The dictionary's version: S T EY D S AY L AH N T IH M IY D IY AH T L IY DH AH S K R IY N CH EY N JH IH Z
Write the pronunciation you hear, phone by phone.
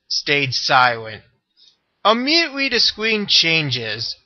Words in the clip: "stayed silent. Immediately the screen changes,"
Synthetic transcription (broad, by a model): S T EY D S AY L AH N T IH M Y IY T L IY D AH S K W IY N CH EY N JH IH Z